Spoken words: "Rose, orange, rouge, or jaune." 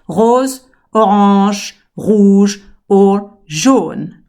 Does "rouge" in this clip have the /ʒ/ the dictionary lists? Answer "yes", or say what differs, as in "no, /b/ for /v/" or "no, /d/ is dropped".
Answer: yes